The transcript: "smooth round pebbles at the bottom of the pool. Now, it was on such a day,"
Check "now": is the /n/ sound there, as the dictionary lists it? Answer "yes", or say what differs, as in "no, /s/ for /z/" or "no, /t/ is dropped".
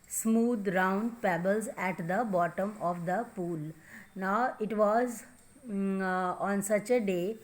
yes